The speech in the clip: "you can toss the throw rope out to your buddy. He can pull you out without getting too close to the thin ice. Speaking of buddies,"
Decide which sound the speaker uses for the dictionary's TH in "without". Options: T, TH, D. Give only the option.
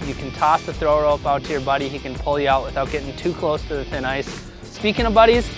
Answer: TH